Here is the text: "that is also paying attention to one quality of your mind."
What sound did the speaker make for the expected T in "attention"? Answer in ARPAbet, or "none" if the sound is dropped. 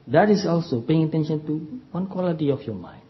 T